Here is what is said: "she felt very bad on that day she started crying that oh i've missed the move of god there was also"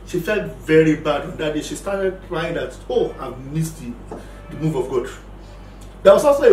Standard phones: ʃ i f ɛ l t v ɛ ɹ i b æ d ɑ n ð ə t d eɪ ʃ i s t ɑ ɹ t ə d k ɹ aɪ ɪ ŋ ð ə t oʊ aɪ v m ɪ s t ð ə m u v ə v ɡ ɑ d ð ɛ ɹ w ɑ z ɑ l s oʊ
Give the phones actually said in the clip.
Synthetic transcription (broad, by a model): ʃ i f ɛ l t v ɛ ɹ i b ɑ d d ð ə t d eɪ ʃ i s t ɑ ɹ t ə d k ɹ aɪ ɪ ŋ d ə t oʊ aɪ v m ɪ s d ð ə m u v ə v ɡ ɑ d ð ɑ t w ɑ s ɑ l s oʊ